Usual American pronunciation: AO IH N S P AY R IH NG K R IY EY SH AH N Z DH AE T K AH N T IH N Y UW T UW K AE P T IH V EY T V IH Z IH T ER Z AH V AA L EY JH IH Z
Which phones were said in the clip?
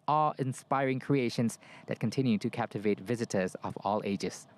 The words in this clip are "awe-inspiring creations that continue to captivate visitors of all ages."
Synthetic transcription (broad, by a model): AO IH N S P AY R IH NG K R IY EY SH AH N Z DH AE T K AH N T IH N Y UW T UW K AE P T IH V EY T V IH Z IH T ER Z AH V AA L EY JH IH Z